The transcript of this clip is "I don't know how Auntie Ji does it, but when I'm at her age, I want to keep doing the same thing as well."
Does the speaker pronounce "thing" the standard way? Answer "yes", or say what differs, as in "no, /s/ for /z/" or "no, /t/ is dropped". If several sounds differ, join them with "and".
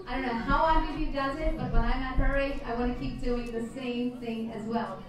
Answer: yes